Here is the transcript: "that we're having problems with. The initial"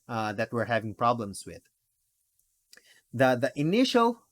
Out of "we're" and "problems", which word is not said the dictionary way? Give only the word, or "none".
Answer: problems